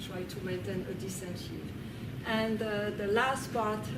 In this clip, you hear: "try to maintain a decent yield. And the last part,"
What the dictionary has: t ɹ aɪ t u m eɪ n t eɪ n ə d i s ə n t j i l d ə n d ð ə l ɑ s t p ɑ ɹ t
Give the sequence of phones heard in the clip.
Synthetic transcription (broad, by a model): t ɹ aɪ t u m eɪ n t eɪ n ə d i s ə n t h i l ə n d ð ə l ɑ s t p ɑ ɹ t